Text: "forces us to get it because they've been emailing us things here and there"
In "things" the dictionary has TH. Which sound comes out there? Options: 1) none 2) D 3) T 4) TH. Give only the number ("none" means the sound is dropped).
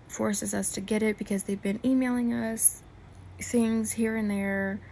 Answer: 4